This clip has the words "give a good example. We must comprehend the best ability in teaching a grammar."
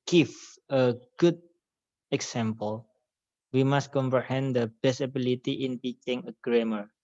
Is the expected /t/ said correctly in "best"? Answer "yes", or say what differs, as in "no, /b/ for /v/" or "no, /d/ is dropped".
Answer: no, /t/ is dropped